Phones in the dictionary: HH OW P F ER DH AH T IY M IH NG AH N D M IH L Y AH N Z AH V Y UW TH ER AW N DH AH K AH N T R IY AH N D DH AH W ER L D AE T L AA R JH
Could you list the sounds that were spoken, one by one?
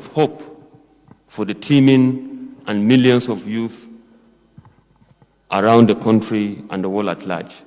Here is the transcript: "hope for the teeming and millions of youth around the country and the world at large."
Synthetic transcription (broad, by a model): HH OW P F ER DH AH T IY M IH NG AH N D M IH L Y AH N S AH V Y UW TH ER AW N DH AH K AH N T R IY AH N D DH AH W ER L AE T L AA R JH